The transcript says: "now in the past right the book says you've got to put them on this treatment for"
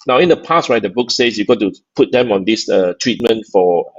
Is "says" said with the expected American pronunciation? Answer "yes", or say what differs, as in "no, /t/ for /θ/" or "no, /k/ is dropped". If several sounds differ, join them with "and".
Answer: no, /s/ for /z/